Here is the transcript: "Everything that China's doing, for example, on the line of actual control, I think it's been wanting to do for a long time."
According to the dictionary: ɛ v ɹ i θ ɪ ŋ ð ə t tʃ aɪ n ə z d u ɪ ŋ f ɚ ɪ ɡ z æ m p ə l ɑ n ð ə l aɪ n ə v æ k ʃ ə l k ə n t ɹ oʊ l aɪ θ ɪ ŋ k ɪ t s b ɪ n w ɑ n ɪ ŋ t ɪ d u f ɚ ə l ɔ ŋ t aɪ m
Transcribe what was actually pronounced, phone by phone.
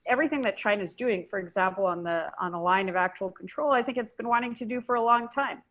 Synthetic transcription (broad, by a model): ɛ v ɹ i θ ɪ ŋ ð ə t tʃ aɪ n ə z d u ɪ ŋ f ɚ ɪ ɡ z æ m p l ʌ n ð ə l aɪ n ə v æ k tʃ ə l k n t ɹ oʊ l aɪ θ ɪ ŋ k ɪ t s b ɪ n w ɑ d ɪ ŋ t ɪ d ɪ f ɚ ə l ɔ ŋ t aɪ m